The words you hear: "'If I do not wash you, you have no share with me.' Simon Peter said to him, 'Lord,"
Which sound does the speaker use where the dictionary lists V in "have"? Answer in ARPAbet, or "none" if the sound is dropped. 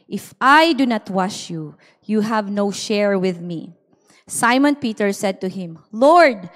V